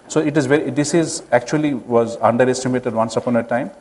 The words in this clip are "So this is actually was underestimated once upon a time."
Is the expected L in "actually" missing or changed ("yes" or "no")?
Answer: no